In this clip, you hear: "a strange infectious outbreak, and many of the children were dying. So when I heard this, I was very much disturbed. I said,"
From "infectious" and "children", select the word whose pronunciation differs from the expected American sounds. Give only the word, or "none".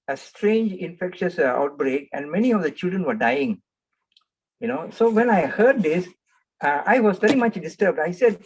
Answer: none